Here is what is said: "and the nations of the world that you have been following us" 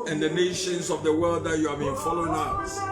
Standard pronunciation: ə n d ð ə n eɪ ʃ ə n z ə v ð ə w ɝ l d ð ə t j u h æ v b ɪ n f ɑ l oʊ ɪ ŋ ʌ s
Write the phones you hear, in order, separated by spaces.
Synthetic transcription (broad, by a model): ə n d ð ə n eɪ ʃ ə n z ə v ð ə w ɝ d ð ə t j u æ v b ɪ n f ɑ l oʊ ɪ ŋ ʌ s